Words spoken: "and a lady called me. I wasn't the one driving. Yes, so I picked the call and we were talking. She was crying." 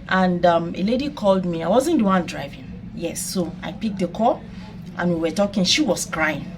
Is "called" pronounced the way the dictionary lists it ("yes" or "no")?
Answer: yes